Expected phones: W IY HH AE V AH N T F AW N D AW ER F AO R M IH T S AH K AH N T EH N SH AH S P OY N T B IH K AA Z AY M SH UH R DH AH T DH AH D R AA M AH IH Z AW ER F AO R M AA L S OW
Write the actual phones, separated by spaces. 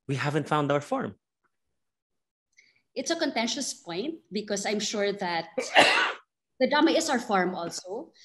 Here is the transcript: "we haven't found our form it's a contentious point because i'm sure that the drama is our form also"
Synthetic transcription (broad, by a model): W IY HH AE V AH N T F AW N D AW ER F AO R M IH T S AH K AH N T EH N SH AH S P OY N T B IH K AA S AY M SH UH R DH AH T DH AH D AA M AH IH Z AW ER F AO R M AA L S OW